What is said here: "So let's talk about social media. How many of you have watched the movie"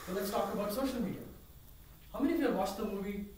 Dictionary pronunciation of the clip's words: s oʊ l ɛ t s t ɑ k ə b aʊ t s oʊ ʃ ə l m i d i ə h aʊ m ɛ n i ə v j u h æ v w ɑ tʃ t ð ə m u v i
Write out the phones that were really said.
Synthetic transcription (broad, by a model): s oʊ l ɛ t s t ɑ k ə b aʊ t s oʊ ʃ ə l m i d i ə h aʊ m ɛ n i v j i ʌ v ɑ s t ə m u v i